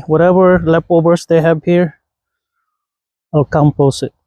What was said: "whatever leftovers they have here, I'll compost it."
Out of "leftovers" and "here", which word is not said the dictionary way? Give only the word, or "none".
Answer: leftovers